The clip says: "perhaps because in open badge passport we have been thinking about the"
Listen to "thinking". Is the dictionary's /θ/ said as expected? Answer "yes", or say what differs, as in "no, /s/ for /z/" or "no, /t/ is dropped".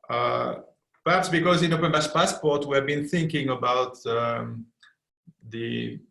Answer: yes